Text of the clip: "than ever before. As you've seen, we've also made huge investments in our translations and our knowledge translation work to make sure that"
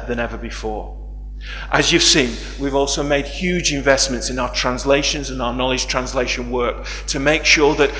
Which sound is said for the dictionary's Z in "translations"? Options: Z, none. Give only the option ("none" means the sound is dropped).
Z